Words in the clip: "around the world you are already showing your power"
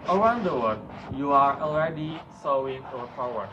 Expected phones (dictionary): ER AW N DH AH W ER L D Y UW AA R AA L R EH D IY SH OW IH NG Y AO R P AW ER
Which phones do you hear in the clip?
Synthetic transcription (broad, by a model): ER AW N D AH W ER D Y UW AA R AA L R EH D IY S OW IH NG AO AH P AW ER